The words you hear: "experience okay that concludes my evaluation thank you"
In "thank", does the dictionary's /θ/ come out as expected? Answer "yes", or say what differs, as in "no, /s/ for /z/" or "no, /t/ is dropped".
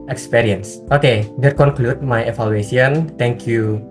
no, /t/ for /θ/